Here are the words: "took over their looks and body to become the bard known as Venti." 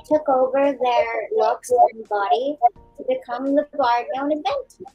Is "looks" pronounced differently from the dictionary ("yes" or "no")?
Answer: yes